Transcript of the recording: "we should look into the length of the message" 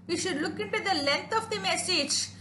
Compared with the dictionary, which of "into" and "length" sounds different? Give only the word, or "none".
length